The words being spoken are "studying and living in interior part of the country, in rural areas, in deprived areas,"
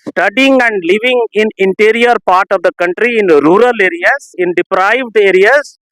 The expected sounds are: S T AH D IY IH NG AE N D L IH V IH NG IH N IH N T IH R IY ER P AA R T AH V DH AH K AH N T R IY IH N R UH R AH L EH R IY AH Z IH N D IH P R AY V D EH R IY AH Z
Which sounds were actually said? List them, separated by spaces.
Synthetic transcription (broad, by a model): S T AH D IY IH NG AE N D L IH V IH NG IH N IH N T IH R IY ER P AA R T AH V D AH K AH N T R IY IH N R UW R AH L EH R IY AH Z IH N D IH P R AY V D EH R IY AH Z